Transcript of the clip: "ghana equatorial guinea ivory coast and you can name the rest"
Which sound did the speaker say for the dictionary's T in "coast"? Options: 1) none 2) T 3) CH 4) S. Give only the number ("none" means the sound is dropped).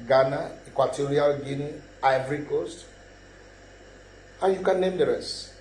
2